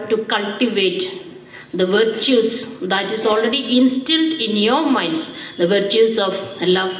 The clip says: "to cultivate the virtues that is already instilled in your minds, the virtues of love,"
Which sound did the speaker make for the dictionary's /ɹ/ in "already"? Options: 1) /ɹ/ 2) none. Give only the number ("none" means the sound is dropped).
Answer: 1